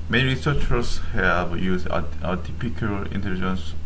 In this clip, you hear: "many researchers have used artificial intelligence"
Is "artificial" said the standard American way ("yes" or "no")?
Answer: no